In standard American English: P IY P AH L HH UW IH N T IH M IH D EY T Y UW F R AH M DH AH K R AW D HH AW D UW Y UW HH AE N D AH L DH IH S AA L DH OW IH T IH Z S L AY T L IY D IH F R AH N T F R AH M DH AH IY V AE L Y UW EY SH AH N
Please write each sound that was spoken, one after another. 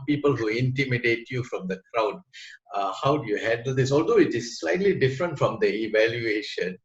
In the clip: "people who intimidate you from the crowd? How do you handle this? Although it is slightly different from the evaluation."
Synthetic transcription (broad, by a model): P IY P AH L HH UW IH N T IH M IH D EY T Y UW F R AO M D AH K R AW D HH AW D UW Y UW HH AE N D AH L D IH S AA L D OW IH T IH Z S L AY T L IY D IH F R AH N T F R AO M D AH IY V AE L Y UW EY SH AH N